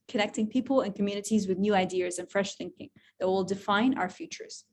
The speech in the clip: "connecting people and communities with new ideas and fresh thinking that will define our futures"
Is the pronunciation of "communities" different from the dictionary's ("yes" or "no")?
no